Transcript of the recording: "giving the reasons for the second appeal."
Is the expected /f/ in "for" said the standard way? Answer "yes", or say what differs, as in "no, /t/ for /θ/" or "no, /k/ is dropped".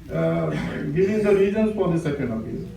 no, /p/ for /f/